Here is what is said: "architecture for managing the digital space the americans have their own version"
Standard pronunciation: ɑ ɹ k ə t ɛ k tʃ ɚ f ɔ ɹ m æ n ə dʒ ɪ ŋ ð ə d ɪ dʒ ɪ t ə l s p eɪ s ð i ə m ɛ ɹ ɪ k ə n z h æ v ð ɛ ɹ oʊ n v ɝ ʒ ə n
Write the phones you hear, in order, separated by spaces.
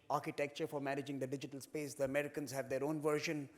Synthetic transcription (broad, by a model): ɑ ɹ k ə t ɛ k tʃ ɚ f ɔ ɹ m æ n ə dʒ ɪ ŋ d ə d ɪ dʒ ɪ t ə l s p eɪ s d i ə m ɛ ɹ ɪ k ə n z h æ v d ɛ ɹ oʊ n v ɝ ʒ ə n